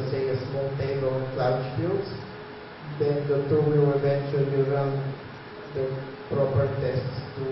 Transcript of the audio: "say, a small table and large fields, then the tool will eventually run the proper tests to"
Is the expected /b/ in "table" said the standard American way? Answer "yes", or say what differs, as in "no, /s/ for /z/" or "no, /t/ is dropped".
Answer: no, /b/ is dropped